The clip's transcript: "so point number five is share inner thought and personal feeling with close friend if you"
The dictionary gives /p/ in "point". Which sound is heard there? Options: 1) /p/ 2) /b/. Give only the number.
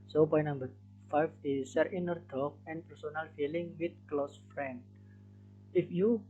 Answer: 2